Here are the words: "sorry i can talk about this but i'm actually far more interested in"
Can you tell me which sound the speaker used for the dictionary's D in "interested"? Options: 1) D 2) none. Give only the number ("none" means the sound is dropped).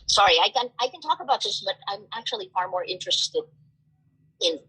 2